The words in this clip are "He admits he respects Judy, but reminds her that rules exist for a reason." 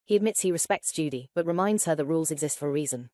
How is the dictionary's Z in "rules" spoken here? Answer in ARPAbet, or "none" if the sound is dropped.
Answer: Z